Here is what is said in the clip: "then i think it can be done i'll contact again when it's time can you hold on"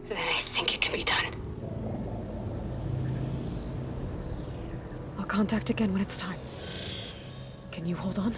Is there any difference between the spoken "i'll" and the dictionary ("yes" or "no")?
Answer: no